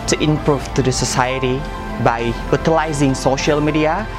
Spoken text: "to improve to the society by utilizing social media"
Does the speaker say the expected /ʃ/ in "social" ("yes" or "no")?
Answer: yes